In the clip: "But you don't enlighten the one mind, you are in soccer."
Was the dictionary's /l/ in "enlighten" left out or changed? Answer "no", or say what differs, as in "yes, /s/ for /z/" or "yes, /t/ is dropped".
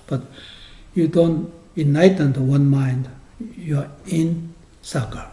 yes, /l/ is dropped